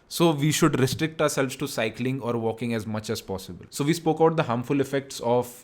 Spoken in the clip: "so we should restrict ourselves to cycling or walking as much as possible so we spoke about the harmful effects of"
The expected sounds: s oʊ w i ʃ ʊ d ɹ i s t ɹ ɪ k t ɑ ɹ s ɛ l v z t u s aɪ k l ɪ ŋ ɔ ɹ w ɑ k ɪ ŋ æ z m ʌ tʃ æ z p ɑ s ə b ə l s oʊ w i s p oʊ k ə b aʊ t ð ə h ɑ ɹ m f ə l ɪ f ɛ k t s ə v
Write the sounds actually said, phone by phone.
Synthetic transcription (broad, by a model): s oʊ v i ʃ ʊ d ɹ i s t ɹ ɪ k t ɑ ɹ s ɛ l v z t u s aɪ k l ɪ ŋ ɔ ɹ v ɑ k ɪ ŋ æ z m ʌ tʃ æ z p ɑ s ə b ə l s oʊ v i s p oʊ k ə ʊ t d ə h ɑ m f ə l ɪ f ɛ k t s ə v